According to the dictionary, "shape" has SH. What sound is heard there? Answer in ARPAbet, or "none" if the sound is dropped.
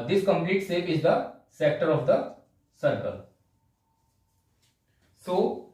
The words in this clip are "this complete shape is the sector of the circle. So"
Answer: S